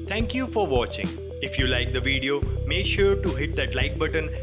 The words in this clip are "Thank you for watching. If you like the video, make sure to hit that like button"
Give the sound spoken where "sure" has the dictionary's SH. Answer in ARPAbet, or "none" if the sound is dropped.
SH